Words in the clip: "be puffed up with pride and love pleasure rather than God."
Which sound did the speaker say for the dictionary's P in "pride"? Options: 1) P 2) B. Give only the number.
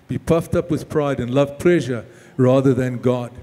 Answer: 1